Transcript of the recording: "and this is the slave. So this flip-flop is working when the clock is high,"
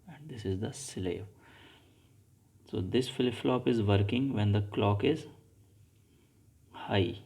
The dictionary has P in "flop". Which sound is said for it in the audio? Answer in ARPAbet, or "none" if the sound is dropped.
P